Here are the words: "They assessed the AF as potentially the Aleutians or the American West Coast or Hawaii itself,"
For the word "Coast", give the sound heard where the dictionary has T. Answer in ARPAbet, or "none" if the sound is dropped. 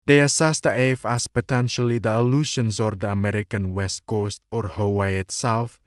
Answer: T